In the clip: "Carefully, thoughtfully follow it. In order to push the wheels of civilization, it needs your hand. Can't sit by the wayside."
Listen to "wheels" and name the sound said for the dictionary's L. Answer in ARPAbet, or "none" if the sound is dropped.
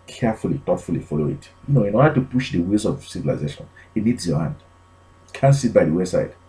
none